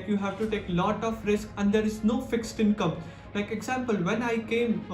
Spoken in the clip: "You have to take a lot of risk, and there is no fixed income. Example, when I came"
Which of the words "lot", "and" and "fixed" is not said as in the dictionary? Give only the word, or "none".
none